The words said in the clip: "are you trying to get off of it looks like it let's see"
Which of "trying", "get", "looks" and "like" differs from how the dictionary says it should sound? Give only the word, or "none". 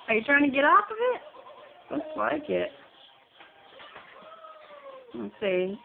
looks